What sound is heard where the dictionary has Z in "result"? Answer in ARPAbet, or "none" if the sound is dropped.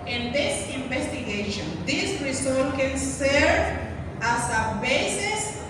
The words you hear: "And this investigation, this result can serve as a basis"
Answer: S